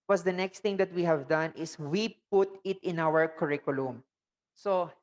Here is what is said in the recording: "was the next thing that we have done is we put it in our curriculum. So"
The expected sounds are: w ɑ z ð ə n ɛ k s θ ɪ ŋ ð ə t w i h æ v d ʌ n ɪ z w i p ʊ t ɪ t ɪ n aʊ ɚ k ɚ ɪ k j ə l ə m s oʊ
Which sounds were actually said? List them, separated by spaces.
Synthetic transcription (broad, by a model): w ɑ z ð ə n ɛ k s t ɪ ŋ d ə t w i h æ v d ʌ n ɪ s w i p ʊ t ɪ t ɪ n aʊ ɚ k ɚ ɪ k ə l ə m s oʊ